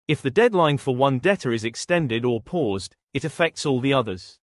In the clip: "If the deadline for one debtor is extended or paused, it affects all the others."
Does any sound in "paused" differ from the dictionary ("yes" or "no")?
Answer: no